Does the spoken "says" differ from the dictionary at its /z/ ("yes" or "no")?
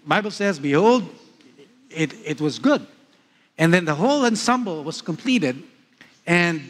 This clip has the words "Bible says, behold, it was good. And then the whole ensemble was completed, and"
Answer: no